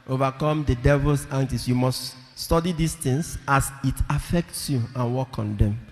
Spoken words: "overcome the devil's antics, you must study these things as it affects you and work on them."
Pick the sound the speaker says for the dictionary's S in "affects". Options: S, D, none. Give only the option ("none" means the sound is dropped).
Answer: S